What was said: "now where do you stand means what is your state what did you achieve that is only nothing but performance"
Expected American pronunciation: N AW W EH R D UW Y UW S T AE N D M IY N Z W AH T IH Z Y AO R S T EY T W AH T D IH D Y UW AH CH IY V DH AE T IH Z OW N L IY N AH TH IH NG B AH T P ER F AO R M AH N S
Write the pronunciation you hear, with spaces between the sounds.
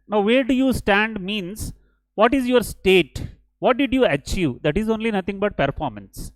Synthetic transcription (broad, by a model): N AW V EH R D UW Y UW S T AE N D M IY N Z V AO T IH Z Y AO R S T EY T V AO T D IH D Y UW AH CH IY V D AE T IH Z OW N L IY N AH T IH NG B AH T P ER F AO R M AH N S